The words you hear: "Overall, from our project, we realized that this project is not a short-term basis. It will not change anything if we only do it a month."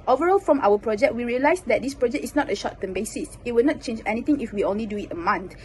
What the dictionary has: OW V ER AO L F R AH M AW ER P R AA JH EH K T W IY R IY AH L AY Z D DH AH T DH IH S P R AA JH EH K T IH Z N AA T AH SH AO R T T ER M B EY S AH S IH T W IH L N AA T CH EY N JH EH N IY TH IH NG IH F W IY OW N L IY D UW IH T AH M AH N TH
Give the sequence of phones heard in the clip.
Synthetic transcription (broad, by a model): OW V ER AO L F R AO M AW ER P R AA JH EH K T W IY R IY AH L AY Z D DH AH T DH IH S P R AA JH EH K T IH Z N AA T AH SH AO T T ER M B EY S AH S IH T W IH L N AA T CH EY N JH EH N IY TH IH NG IH F W IY OW N L IY D UW IH T AH M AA N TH